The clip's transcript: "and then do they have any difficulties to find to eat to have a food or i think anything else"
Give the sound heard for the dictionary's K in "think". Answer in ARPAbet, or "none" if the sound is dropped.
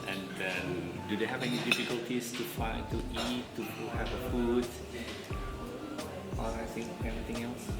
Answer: none